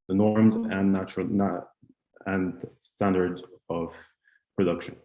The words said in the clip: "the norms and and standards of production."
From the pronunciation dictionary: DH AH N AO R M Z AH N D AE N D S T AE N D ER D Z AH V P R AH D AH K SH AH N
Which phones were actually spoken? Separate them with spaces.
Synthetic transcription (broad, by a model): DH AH N AO R M Z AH N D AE N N S T AE N D ER D Z AH V P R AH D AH K SH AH N